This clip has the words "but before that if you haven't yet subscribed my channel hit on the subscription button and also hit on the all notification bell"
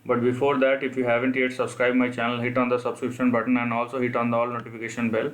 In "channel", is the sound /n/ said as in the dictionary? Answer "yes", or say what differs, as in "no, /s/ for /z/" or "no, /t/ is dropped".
yes